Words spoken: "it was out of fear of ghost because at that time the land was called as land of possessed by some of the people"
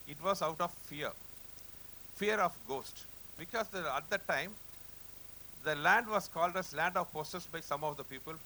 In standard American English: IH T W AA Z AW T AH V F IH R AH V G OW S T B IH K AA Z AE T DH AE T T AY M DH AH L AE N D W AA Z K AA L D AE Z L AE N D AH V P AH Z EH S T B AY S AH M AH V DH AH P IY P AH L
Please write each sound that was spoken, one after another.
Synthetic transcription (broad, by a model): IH T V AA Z AW T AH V F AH R AH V G OW S T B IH K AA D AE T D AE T T AY M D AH L AE N D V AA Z K AA L D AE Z L AE N D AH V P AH S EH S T B AY S AH M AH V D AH P IY P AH L